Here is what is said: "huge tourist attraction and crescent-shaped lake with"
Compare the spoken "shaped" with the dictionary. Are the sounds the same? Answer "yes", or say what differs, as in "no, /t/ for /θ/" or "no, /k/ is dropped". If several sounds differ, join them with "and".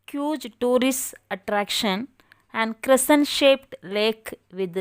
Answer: yes